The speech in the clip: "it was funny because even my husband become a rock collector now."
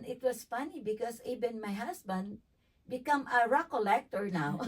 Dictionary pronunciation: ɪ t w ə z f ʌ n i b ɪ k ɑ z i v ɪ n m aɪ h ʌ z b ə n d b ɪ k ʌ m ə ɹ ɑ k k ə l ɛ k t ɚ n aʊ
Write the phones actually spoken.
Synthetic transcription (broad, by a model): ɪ t w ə s f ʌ n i b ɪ k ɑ s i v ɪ n m aɪ h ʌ s b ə n d b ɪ k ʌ m ə ɹ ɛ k k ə l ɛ k t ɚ n aʊ